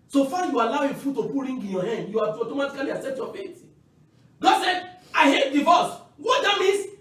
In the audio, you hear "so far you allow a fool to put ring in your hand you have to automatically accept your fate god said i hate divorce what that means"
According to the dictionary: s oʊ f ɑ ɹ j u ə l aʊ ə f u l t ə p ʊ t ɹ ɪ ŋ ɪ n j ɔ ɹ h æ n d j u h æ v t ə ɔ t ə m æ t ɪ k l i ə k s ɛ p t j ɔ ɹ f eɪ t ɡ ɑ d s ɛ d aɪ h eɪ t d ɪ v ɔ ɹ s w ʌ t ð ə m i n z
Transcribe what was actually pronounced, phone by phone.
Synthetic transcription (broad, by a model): s oʊ f ɑ j u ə l aʊ ə f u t t ə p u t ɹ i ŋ ɪ n j ɔ h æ n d j u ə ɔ t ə m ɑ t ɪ k l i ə s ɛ t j ɔ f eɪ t ɡ ɑ d s ɛ d aɪ h eɪ t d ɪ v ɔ s w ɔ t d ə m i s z